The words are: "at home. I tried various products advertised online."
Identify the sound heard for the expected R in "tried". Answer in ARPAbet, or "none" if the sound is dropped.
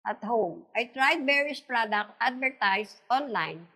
R